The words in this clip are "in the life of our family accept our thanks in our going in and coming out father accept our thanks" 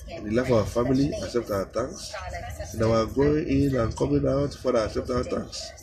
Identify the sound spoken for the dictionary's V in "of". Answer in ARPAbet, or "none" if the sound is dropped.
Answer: W